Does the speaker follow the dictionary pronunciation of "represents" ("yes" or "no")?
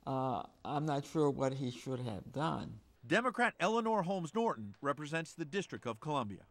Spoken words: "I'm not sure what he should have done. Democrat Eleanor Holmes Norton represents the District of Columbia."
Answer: yes